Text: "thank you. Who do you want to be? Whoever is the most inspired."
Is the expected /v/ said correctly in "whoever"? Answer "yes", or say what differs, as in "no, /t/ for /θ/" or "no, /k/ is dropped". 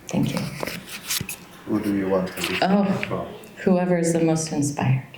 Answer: yes